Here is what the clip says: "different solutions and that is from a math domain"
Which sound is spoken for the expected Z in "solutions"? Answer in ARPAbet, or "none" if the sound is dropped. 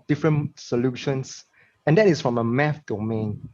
S